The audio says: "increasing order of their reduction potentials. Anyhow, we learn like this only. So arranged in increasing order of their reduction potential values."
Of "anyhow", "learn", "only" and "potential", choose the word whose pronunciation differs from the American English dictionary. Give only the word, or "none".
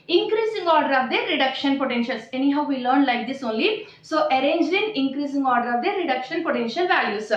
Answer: none